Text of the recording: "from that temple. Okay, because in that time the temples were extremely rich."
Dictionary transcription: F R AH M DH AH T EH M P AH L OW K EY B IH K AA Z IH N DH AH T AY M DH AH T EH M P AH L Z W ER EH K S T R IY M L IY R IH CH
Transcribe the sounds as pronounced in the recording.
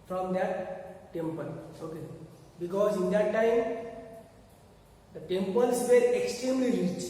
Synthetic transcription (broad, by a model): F R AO M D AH T EH M P AH L OW K EY B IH K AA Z IH N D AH T AY M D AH T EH M P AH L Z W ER EH K S T R IY M L IY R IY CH